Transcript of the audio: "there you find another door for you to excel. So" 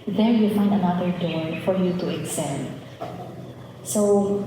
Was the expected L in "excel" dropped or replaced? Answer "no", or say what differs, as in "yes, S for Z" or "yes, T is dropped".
yes, N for L